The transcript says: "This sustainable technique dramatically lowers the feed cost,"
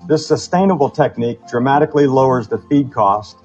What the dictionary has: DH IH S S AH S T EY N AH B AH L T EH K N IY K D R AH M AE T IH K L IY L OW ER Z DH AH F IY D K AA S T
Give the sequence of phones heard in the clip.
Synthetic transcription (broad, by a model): DH IH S S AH S T EY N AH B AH L T EH K N IY K D R AH M AE T IH K L IY L OW ER Z DH AH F IY D K AA S T